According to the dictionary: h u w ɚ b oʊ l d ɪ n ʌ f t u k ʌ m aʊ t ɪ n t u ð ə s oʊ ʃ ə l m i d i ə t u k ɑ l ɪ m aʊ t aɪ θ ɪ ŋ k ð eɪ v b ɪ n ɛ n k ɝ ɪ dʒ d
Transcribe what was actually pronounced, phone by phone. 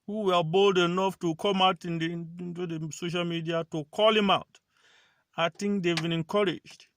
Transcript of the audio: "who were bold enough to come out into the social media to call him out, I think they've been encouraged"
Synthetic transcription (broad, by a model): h u w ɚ b oʊ l d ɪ n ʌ f t u k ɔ m aʊ t ɪ n t u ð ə s oʊ ʃ ə l m i d i ə t u k ɑ l ɪ m aʊ t aɪ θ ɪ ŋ k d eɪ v b ɪ n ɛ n k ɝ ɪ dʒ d